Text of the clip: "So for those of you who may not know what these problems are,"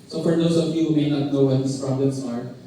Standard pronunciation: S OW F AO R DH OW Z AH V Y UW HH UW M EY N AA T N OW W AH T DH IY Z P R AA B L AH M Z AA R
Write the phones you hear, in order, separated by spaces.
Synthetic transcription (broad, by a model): S OW F AO R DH OW S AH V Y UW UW M EY N AA T N OW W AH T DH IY S P R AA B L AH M S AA R